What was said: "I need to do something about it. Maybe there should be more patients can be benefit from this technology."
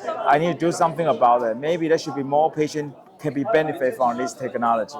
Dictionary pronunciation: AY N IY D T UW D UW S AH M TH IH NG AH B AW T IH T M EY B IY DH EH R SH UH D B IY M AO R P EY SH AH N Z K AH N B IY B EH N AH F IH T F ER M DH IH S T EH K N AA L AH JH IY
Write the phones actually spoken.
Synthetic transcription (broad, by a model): AY N IY D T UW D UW S AH M TH IH NG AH B AW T IH T M EY B IY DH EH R SH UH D B IY M AO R P EY SH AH N K AH N B IY B EH N AH F IH T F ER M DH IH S T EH K N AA L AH JH IY